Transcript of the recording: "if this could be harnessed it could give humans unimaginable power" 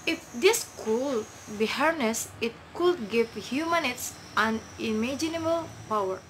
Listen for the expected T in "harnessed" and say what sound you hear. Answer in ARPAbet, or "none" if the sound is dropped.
none